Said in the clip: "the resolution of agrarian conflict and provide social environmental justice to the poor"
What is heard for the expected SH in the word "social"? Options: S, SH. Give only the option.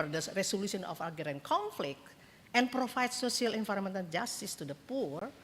S